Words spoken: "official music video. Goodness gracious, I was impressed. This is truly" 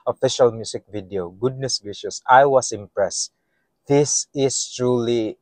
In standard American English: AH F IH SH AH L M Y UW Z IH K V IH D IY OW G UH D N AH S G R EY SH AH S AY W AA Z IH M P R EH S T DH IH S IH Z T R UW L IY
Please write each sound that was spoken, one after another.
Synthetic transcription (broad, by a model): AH F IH SH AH L M Y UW S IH K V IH D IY OW G UH D N AH S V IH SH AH S AY W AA S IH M P R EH S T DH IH S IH S T R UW L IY